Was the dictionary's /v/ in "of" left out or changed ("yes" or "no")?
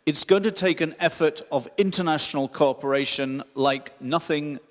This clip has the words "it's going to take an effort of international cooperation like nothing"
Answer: no